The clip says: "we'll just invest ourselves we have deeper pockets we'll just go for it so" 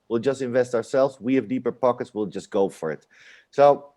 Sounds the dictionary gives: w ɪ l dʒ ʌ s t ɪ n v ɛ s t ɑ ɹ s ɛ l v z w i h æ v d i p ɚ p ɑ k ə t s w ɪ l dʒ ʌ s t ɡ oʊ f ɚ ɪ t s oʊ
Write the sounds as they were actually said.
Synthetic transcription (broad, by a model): w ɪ l dʒ ʌ s t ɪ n v ɛ s t ɑ ɹ s ɛ l v z w i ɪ v d i p ɚ p ɑ k ə t s w ɪ l dʒ ʌ s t ɡ oʊ f ɚ ɪ t s oʊ